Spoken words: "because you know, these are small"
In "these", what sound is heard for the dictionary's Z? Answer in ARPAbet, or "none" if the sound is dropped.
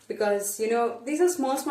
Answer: Z